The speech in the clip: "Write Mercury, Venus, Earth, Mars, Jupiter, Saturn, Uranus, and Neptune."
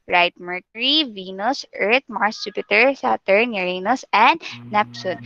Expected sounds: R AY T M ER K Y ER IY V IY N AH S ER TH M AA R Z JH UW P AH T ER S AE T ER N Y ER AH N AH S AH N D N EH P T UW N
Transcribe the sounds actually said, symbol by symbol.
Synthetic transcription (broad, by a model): R AY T M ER K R IY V IY N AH S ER T M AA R S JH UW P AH T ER S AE T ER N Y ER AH N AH S AH N D N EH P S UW N